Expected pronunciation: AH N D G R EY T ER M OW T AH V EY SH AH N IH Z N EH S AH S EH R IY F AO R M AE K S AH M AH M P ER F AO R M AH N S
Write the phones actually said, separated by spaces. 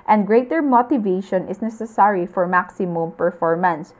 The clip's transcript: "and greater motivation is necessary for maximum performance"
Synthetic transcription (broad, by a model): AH N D G R EY T ER M OW T AH V EY SH AH N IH S N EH S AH S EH R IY F AO R M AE K S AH M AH M P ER F AO R M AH N S